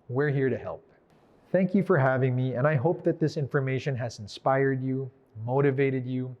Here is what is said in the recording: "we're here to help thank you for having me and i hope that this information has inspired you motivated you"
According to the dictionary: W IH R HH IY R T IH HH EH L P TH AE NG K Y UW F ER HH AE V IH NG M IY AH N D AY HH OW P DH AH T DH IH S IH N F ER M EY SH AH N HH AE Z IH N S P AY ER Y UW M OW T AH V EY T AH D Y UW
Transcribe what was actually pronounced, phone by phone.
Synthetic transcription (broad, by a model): W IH R HH IY R T IH HH EH L P TH AE NG K Y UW F ER HH AE V IH NG M IY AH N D AY HH OW P DH AH T DH IH S IH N F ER M EY SH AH N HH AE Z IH N S P AY ER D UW M OW T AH V EY T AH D Y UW